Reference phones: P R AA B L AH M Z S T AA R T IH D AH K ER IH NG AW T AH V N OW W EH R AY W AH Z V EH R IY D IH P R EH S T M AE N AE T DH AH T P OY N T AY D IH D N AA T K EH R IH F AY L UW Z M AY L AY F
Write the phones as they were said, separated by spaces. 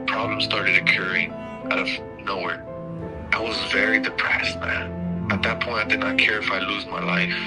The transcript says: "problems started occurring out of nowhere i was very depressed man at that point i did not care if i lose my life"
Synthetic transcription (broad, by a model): P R AA B L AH M S T AA R T IH D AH K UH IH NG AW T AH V N OW W EH R AY W AH Z V EH R IY D IH P R EH S T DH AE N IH T DH AH T P OY N T AY D IH D N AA T K EH R IH F AY L UW Z M AY L AY F